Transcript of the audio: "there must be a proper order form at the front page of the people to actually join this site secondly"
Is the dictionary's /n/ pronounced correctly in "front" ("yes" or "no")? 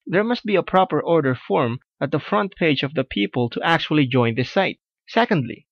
yes